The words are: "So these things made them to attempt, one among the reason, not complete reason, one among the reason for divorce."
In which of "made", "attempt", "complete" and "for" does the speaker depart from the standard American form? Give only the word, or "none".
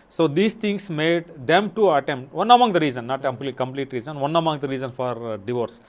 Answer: none